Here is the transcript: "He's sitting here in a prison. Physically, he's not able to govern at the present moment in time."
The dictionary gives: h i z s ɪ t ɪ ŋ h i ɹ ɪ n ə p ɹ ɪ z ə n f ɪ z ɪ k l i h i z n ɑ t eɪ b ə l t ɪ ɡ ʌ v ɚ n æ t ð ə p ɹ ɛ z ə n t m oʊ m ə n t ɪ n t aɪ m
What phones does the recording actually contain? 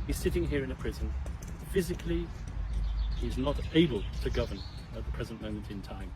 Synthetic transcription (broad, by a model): h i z s ɪ t ɪ ŋ h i ɹ ɪ n ə p ɹ ɪ z ə n f ɪ z ɪ k l i h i z n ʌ t eɪ b ə l t ɪ ɡ ʌ v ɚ n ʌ t ð ə p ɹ ɛ z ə n m oʊ m ə n t ɪ n t aɪ m